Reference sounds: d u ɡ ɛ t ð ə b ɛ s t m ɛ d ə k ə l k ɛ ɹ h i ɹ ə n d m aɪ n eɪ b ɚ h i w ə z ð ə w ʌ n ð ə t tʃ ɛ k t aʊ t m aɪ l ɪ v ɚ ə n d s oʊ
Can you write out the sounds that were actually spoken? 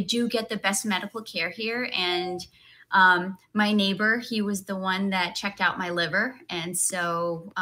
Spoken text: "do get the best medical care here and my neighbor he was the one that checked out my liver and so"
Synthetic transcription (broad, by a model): d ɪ ɡ ɛ t ð ə b ɛ s t m ɛ d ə k l k ɛ ɹ h i ɹ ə n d m aɪ n eɪ b ɚ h i w ə z ð ə w ʌ n ð ə t tʃ ɛ k t aʊ t m aɪ l ɪ v ɚ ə n s oʊ